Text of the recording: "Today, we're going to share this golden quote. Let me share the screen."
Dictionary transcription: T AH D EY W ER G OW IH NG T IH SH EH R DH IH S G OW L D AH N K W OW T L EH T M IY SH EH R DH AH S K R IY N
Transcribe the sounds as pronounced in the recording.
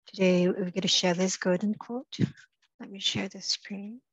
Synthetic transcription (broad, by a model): T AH D EY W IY G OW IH T IH SH EH R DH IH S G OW D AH N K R T L EH T M IY SH EH R DH AH S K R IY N